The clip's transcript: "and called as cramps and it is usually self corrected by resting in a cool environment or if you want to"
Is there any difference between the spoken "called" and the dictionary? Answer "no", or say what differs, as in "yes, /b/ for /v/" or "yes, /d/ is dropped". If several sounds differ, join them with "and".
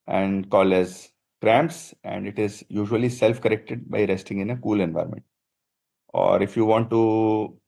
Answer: yes, /d/ is dropped